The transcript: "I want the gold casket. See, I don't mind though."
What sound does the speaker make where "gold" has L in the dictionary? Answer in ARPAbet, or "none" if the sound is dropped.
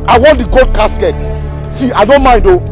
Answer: none